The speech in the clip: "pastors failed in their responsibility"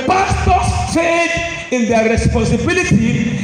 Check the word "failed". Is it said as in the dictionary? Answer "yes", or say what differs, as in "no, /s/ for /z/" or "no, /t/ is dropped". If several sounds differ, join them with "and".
no, /l/ is dropped